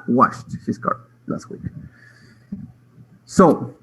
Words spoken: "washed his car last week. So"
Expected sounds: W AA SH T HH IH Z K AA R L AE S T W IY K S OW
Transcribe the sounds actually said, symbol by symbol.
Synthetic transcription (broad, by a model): W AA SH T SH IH S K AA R L AE S T W IY K S OW